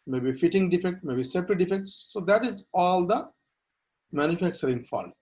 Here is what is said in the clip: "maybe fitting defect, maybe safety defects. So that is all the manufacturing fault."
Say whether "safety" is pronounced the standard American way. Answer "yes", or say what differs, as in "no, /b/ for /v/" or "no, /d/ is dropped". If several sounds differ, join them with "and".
no, /p/ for /f/